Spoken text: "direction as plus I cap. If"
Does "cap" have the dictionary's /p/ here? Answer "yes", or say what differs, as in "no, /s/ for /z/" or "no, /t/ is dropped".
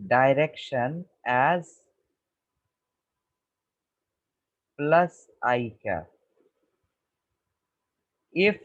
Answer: no, /p/ is dropped